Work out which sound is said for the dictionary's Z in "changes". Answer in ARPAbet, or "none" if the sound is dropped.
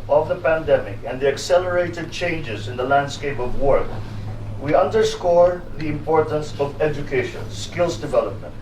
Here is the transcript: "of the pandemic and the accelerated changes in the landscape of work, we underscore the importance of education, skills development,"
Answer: Z